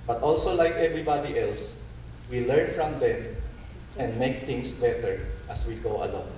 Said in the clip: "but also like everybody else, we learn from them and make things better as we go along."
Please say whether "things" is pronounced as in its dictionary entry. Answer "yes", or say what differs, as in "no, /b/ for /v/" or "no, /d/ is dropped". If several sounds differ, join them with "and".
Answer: no, /t/ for /θ/ and /s/ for /z/